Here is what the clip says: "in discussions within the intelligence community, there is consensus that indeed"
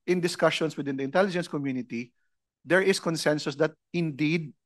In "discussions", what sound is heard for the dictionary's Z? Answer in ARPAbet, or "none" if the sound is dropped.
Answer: S